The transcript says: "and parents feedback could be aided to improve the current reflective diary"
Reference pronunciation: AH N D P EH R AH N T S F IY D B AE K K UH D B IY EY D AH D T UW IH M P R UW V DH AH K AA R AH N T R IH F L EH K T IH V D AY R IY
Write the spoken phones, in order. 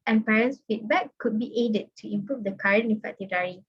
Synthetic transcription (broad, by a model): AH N P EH R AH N S F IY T B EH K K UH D B IY EY D AH D T UW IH M P R UW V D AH K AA R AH N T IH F EH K T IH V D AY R IY